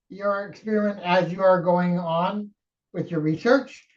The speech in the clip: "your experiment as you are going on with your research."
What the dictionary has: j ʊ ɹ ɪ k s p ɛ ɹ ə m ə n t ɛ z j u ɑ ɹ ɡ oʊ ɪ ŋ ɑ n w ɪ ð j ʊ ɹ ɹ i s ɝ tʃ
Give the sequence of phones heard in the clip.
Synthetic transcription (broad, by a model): j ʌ ɹ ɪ k s p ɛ ɹ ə ə n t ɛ z j u ɑ ɹ ɡ oʊ ɪ ŋ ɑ n w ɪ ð j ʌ ɹ ɹ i s ɝ tʃ